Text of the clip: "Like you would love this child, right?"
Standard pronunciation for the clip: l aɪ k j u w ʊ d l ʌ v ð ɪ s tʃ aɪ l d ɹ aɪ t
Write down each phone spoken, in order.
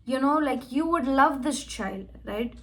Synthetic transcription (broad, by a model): l aɪ k j u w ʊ d l ʌ v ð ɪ s tʃ aɪ l d ɹ aɪ t